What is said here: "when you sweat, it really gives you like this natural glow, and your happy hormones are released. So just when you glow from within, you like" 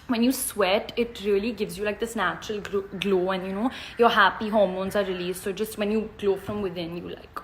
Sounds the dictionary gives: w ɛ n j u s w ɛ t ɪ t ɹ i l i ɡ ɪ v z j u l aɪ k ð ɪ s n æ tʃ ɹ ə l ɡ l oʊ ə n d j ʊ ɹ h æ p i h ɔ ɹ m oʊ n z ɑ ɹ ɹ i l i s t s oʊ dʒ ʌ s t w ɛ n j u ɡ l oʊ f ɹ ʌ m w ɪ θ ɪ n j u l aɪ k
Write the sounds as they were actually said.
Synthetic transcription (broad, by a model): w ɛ n j u s w ɛ t ɪ t ɹ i l i ɡ ɪ v z j u l aɪ k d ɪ s n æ tʃ ɹ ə l ɡ l oʊ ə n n j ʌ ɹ h æ p i h ɔ ɹ m oʊ n z ɑ ɹ ɹ i l i s t s oʊ dʒ ʌ s t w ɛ n j u ɡ l oʊ f ɹ ʌ m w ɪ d ɪ n j u l aɪ k